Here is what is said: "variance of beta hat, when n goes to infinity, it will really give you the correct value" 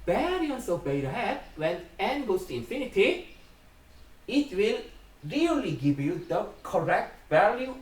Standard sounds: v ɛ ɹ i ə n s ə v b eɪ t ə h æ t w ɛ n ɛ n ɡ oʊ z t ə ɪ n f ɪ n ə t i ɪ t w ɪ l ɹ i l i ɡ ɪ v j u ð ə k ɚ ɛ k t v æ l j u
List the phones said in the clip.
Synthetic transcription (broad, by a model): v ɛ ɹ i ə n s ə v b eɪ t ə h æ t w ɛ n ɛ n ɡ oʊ s t ə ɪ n f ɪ n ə t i ɪ t w ɪ l ɹ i l i ɡ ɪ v j u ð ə k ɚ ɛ k t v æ l j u